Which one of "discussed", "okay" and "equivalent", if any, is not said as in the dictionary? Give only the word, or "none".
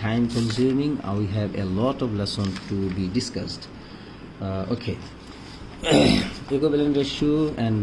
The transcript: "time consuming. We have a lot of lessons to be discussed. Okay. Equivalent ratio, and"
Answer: equivalent